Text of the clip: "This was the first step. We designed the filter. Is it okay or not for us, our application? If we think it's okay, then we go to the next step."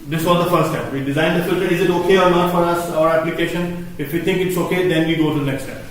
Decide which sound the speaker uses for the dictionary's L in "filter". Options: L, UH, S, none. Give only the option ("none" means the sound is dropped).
L